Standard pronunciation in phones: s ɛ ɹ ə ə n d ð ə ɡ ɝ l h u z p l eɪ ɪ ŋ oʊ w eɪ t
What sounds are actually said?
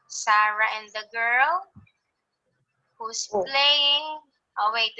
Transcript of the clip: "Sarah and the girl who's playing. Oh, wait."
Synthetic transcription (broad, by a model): s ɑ ɹ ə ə n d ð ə ɡ ɝ l h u s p l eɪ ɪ ŋ oʊ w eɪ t